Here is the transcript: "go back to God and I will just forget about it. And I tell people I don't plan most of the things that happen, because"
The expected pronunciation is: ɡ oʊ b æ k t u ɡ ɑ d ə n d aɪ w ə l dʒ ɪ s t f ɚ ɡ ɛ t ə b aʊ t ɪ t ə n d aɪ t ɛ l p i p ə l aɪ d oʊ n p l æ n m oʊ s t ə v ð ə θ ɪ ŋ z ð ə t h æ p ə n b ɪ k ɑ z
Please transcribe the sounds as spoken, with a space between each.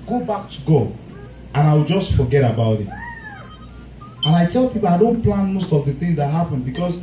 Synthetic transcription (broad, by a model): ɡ oʊ b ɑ k t u ɡ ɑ ə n aɪ w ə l dʒ ɪ s t f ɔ ɡ ɛ t ə b aʊ t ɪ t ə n aɪ t ɛ l p i p ə l aɪ d oʊ n p l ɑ n m oʊ s t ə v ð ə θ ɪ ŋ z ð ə t h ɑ p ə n b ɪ k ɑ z